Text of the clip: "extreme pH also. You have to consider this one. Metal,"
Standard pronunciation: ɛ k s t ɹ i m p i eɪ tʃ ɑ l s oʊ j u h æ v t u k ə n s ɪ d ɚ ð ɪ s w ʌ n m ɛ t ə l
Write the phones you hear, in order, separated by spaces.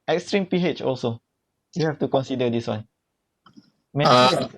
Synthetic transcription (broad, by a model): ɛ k s t ɹ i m p i eɪ tʃ ɑ l s oʊ j u h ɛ f t u k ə n s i d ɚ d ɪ s w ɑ n m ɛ